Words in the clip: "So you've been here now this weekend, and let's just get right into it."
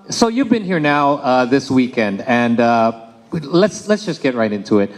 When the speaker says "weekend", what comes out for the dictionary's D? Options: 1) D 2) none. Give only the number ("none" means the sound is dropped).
1